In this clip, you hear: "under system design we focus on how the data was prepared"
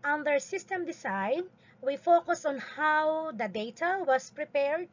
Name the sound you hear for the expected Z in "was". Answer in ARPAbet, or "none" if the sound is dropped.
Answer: S